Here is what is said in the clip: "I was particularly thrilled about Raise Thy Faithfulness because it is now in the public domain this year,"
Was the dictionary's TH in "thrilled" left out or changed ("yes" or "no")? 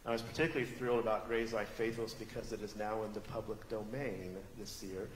no